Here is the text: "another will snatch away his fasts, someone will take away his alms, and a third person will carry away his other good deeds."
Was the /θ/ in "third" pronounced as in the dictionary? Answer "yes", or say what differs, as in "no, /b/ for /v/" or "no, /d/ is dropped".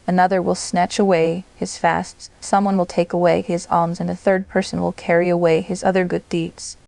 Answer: yes